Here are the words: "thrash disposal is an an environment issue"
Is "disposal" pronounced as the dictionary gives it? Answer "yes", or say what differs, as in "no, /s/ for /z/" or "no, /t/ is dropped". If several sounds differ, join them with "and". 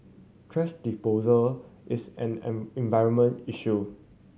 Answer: no, /s/ is dropped